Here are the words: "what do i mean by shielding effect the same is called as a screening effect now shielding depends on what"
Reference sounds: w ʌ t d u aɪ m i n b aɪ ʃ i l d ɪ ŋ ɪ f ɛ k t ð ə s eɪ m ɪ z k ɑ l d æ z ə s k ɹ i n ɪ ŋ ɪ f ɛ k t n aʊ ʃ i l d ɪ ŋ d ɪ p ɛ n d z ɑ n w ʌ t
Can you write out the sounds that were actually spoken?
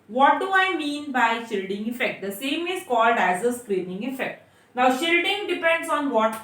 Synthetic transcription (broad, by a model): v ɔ t d u aɪ m i n b aɪ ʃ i l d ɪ ŋ ɪ f ɛ k t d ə s eɪ m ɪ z k ɑ l d æ z ə s k ɹ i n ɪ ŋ ɪ f ɛ k t n aʊ ʃ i l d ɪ ŋ d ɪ p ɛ n d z ɑ n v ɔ t